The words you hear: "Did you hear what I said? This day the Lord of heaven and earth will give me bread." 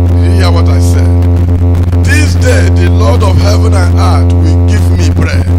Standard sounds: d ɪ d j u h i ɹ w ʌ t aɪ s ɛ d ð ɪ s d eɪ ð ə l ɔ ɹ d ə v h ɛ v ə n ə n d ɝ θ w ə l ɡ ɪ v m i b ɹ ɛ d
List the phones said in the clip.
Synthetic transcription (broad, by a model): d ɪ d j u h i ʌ w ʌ t aɪ s ɛ d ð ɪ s d eɪ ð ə l ɔ d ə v h ɛ v ə n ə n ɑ t w ə l ɡ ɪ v m i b ɹ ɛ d